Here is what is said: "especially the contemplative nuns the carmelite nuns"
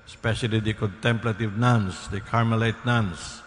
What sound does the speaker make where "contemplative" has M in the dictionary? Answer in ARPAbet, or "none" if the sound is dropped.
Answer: M